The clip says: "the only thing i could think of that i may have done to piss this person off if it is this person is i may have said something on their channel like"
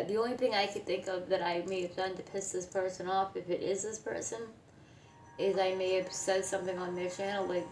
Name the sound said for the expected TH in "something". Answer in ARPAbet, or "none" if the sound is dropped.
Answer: TH